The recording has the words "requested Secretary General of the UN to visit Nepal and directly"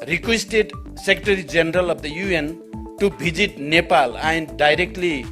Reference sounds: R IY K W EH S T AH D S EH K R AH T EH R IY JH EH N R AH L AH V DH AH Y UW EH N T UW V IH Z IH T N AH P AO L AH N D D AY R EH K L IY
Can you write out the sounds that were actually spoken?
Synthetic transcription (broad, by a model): R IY K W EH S T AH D S EH K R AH T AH R IY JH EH N R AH L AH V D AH Y UW EH N T UW B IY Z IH T N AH P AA L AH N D D AY R EH K L IY